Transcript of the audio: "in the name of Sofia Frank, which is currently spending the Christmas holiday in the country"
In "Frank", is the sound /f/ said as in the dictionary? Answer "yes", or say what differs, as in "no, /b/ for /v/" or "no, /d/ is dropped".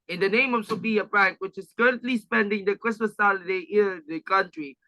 no, /p/ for /f/